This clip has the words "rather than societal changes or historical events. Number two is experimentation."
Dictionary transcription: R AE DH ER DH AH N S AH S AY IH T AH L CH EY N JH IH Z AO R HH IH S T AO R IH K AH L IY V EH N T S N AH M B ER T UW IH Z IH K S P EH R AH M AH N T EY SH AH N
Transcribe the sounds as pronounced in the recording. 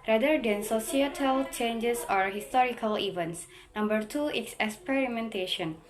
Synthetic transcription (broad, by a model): R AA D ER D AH N S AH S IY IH T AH L CH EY N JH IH S AO R HH IH S T AO R IH K AH L IY V EH N T S N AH M B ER T UW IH S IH K S P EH R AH M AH N T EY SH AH N